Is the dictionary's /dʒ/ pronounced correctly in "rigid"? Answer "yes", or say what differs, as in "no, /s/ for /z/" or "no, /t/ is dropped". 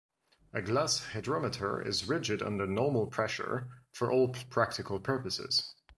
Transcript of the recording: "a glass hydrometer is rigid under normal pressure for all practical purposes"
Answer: yes